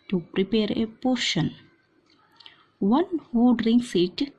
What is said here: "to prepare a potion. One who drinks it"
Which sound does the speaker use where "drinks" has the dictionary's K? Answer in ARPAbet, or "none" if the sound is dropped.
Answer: none